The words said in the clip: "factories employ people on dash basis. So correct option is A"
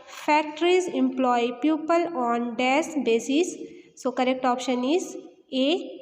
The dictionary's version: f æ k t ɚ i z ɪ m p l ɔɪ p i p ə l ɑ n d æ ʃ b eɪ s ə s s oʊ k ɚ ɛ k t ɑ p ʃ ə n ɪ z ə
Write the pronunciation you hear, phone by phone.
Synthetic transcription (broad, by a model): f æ k t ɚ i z ɪ m p l ɔɪ p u p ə l ɑ n d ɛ s b eɪ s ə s s oʊ k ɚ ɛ k t ɑ p ʃ ə n ɪ z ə